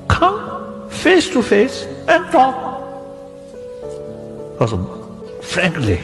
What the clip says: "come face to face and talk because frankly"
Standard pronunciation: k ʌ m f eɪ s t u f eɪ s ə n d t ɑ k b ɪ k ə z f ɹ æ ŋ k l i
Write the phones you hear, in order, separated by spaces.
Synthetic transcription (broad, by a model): k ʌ m f eɪ s t u f eɪ s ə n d t ɑ k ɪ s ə f ɹ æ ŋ k l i